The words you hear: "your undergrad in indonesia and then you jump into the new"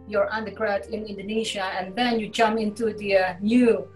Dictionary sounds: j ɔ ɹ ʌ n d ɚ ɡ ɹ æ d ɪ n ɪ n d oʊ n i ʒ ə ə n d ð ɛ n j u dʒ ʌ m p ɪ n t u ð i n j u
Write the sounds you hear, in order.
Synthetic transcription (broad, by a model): j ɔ ɹ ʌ n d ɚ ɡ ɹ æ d ɪ n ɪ n d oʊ n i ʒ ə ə n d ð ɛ n j u dʒ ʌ m ɪ n t u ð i n j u